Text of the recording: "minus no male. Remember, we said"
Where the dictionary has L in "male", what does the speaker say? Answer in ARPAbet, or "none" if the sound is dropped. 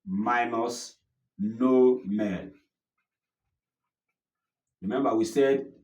N